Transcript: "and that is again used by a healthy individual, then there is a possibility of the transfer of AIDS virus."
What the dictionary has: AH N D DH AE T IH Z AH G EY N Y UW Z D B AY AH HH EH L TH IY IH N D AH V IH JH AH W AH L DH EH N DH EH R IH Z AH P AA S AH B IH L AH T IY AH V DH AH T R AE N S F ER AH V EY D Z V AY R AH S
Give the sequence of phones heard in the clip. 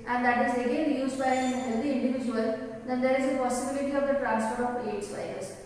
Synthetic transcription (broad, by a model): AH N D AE T IH Z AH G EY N Y UW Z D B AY AH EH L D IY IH N D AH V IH JH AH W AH L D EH N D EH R IH Z AH P AA S AH B IH L AH T IY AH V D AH T R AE N S P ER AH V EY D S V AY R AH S